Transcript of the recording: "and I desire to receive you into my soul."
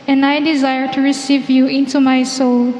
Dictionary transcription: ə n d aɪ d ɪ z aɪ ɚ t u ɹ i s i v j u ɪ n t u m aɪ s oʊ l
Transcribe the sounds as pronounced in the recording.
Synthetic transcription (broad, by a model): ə n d aɪ d ɪ z aɪ ɚ t u ɹ i s i v j u ɪ n t u m aɪ s oʊ l